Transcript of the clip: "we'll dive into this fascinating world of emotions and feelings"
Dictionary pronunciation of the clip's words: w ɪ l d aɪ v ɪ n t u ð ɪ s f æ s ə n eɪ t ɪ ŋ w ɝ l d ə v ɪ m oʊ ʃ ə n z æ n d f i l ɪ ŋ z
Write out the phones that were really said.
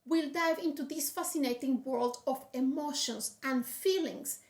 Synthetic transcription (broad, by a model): w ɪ l d aɪ v ɪ n t u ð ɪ s f æ s ə n eɪ t ɪ ŋ w ɝ l d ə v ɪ m oʊ ʃ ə n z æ n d f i l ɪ ŋ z